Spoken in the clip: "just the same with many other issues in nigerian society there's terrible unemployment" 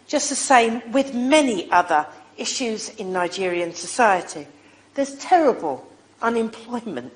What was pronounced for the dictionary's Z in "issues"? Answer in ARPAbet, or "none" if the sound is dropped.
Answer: Z